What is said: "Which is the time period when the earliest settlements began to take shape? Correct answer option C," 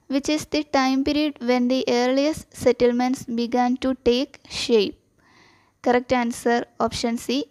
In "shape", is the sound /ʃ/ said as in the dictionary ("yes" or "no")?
yes